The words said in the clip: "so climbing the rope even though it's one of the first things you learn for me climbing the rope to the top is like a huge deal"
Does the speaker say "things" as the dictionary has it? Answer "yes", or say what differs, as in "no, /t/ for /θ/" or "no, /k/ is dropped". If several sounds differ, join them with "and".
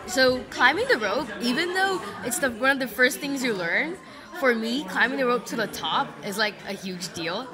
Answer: yes